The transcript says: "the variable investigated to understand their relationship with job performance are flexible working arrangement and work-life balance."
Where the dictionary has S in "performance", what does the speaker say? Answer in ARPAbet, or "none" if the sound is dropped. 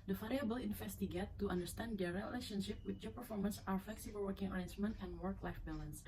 S